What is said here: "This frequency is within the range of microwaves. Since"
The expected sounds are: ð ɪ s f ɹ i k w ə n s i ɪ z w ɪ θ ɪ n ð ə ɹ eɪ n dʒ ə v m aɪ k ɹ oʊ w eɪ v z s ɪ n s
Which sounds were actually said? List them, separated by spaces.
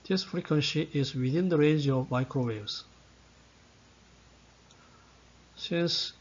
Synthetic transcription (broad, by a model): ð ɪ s f ɹ i k w ə n s i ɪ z w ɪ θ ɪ n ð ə ɹ eɪ n dʒ ə v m aɪ k ɹ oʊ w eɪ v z s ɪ n s